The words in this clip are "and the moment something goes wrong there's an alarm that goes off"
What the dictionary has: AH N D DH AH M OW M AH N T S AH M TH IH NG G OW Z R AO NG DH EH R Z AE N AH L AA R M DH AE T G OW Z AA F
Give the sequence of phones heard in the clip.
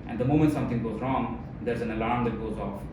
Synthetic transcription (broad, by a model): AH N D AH M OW M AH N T S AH M T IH NG G OW Z R AO NG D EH R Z AE N AH L AA R M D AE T G OW Z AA F